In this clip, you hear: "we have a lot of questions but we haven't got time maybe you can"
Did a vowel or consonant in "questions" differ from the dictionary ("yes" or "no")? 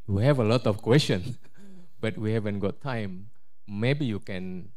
yes